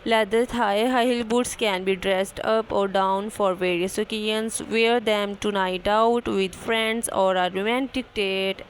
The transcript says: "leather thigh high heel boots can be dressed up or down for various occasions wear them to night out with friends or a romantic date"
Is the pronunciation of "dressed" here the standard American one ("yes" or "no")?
yes